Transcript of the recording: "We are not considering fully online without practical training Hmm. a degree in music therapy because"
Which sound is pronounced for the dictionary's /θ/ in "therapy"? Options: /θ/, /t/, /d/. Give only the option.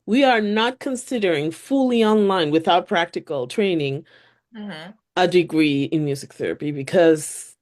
/θ/